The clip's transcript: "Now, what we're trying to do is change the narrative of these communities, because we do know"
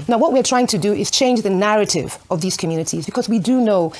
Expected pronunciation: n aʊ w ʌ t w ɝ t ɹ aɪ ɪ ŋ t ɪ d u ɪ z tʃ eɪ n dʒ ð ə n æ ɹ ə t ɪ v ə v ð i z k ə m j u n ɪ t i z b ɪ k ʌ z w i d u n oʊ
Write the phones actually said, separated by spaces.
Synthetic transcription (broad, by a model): n aʊ w ʌ t w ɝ t ɹ aɪ ɪ ŋ t ɪ d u ɪ z tʃ eɪ n dʒ ð ə n æ ɹ ə t ɪ v ə v ð i z k ə m j u n ɪ t i z b ɪ k ʌ z w i d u n oʊ